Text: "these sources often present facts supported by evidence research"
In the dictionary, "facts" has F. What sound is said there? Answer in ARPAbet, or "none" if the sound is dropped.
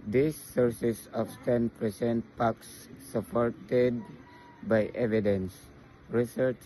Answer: P